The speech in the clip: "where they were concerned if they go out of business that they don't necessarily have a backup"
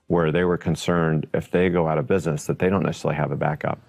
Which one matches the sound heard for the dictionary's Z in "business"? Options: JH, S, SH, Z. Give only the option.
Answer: Z